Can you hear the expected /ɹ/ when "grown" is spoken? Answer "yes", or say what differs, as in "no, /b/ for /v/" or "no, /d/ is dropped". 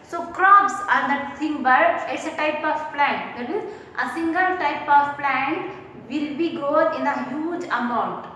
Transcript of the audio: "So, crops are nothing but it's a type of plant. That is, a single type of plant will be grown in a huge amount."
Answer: no, /ɹ/ is dropped